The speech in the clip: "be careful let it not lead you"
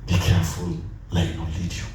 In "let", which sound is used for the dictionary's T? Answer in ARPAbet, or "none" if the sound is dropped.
none